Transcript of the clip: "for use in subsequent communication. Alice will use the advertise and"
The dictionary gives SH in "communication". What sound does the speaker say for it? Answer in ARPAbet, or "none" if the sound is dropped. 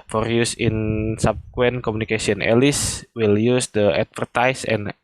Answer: S